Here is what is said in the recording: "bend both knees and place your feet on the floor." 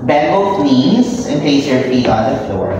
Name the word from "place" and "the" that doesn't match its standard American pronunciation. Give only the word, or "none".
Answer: place